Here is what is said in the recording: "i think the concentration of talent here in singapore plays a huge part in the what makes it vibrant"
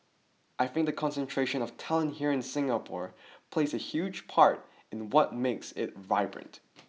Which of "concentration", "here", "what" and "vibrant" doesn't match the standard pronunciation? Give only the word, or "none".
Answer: none